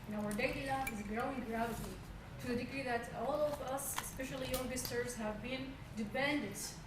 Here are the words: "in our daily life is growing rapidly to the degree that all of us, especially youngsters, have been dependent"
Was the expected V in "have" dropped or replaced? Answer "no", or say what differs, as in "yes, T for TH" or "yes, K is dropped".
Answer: no